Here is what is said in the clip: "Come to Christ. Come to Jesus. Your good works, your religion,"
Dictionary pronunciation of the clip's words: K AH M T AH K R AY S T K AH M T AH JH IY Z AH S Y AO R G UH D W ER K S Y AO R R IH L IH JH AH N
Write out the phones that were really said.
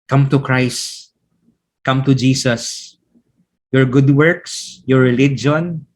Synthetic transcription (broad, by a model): K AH M T AH K R AY S T K AH M T AH JH IY S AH S Y AO R G UH D W ER K S Y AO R R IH L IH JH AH N